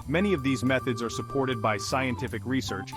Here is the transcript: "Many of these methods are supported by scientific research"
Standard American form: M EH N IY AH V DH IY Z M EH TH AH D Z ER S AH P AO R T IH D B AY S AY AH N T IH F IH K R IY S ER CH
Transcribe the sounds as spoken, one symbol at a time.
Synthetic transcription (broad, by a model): M EH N IY AH V DH IY Z M EH TH AH D Z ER S AH P AO R T IH D B AY S AY AH N T IH F IH K R IY S ER CH